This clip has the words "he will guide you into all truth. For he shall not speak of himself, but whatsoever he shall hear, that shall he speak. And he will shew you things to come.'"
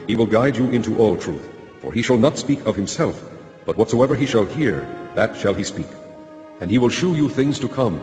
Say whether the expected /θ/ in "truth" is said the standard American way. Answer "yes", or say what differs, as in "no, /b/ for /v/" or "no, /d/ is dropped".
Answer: yes